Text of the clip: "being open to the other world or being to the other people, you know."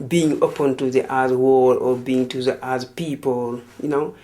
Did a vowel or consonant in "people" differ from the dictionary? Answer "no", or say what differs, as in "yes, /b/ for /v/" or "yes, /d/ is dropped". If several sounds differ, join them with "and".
no